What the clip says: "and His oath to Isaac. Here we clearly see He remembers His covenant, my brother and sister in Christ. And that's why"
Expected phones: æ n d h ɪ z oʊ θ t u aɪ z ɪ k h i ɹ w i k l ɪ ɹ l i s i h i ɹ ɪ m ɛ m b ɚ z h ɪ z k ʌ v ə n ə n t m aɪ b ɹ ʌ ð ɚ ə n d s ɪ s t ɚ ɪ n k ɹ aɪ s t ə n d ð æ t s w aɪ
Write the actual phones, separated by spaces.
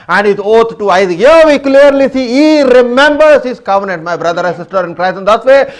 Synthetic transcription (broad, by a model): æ n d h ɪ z oʊ t t u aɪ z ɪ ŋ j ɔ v i k l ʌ ɹ l i s i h i ɹ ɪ m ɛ m b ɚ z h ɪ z k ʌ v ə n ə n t m aɪ b ɹ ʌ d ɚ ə s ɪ s t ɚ ɪ n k ɹ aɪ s ə n d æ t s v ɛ